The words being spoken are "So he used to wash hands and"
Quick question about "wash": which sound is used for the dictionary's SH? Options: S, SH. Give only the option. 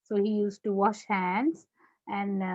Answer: SH